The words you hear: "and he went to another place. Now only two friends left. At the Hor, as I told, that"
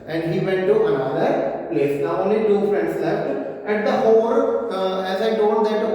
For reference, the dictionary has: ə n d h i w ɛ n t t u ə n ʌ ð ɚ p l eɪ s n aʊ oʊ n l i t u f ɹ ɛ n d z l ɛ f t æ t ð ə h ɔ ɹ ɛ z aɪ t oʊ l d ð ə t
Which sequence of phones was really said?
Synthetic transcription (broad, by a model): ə n d h i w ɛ n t t u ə n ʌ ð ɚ p l eɪ s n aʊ oʊ n l i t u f ɹ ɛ n d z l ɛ t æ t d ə h ɔ l ɛ z aɪ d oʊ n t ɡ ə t